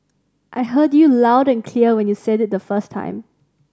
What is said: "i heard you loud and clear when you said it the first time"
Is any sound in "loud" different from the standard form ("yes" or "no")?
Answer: no